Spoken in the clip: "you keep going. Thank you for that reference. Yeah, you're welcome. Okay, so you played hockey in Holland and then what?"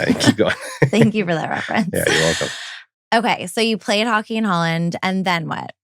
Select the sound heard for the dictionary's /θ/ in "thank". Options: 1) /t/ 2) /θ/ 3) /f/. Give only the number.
2